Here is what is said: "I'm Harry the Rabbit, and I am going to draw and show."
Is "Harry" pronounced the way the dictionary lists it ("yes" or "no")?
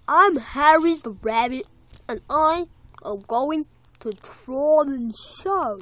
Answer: yes